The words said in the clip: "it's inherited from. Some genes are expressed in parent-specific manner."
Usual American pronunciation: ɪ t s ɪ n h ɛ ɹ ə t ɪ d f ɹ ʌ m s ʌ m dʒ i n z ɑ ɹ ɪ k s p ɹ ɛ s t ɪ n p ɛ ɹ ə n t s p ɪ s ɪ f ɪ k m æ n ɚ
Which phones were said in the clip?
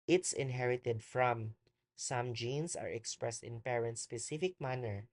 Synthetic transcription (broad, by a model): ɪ t s ɪ n h ɛ ɹ ə t ɪ d f ɹ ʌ m s ʌ m dʒ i n s ɑ ɹ ɪ k s p ɹ ɛ s t ɪ n p ɛ ɹ ə n t s p ɪ s ɪ f ɪ k m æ n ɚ